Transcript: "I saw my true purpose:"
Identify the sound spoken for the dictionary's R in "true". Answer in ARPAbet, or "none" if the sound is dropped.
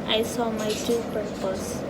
none